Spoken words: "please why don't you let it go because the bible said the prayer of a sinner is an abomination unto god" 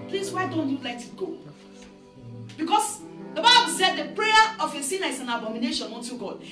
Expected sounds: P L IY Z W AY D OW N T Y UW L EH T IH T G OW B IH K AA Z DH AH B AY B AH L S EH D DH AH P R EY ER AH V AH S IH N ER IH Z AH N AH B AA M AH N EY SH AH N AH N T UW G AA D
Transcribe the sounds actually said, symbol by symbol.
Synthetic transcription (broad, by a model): P L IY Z W AY D OW N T Y UW L EH T IH T G OW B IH K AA S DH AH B AY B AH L S EH D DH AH P R EY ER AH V AH S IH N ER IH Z AH N AH B AA M AH N EY SH AH N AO N T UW G AA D